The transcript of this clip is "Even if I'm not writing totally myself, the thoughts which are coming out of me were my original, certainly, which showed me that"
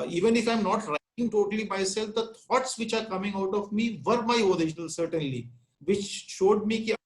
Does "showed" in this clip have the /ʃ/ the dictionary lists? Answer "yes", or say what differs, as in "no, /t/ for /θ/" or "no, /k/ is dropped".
yes